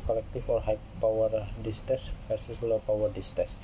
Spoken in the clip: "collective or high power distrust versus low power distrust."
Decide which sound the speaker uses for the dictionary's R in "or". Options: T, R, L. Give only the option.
L